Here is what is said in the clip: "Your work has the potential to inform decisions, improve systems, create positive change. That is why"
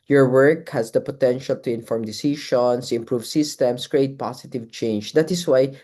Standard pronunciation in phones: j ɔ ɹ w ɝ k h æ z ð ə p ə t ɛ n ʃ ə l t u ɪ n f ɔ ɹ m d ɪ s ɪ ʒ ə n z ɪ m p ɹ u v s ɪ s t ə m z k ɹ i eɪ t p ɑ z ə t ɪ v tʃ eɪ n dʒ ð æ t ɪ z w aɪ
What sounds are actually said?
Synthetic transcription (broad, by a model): j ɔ ɹ w ɝ k h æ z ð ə p ə t ɛ n ʃ ə l t u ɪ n f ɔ ɹ m d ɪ s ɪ ʃ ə n s ɪ m p ɹ u v s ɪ s t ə m s k ɹ i eɪ t p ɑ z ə t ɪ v tʃ eɪ n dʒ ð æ t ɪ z w aɪ